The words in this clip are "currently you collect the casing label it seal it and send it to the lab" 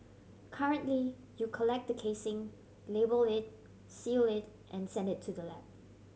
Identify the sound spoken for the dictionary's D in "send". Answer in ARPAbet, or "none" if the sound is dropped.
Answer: D